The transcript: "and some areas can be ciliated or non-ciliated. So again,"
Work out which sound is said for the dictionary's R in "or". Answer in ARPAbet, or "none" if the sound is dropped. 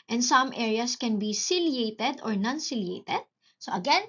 R